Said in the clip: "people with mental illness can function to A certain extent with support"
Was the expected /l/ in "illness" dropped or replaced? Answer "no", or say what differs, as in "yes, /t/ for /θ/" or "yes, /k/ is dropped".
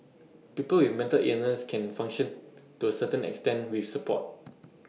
yes, /l/ is dropped